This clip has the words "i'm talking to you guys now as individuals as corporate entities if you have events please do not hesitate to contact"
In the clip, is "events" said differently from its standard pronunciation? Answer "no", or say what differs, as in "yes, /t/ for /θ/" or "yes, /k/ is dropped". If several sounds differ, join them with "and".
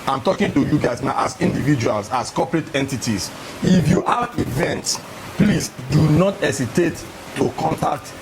no